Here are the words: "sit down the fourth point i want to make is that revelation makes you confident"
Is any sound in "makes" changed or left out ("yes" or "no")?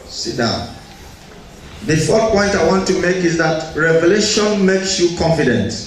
no